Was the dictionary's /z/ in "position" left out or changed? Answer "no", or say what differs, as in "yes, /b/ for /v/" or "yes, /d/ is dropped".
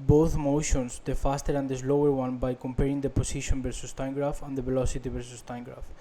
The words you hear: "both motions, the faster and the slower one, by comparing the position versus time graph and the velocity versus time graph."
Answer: yes, /s/ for /z/